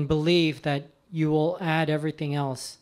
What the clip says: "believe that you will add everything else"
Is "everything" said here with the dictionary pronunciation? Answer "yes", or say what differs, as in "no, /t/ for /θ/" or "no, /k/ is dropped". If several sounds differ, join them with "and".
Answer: yes